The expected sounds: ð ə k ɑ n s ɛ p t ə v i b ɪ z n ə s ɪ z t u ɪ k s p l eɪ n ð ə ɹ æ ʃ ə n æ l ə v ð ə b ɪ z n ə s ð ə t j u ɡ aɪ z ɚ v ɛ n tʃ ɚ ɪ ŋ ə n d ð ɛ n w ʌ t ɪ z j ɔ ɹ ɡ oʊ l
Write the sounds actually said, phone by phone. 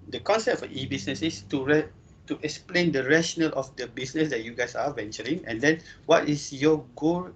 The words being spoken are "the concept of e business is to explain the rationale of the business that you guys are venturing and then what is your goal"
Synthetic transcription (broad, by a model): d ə k ɑ n s ɛ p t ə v i b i s n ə s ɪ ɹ t u ɪ k s p l eɪ n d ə ɹ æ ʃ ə n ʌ l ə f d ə b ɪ s n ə s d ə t j u ɡ aɪ s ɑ v ɛ n tʃ ɚ ɪ ŋ ə n d ɛ n w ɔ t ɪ s j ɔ ɡ oʊ l